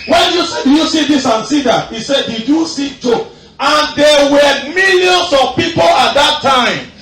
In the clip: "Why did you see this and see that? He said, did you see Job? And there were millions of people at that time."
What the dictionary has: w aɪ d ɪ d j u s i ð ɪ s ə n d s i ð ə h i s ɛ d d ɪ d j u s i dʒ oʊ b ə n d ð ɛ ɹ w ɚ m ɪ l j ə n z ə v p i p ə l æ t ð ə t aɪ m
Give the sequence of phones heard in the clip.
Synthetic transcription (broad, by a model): w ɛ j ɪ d j u s i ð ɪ s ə n s i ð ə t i s ɛ d d ɪ d j u s i tʃ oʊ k ə n d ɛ w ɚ m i l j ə n s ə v p i p ə l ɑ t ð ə t aɪ m